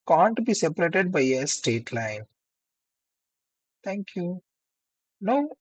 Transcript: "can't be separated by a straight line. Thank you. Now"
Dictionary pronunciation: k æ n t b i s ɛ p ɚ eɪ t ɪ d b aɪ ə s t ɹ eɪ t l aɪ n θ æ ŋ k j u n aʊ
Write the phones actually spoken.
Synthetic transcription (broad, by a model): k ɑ n t b i s ɛ p ɚ eɪ t ɪ d b aɪ ə s t eɪ t l aɪ n t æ ŋ k j u n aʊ